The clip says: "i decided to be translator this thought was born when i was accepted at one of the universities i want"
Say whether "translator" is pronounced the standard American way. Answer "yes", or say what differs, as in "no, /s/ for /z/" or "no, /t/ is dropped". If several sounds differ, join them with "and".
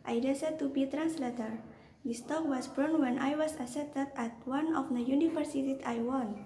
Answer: yes